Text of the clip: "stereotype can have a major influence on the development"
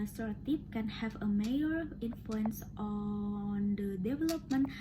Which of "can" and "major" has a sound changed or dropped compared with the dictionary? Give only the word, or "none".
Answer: major